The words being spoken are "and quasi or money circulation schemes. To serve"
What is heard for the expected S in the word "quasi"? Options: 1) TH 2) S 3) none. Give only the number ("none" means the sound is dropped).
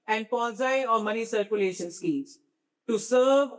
3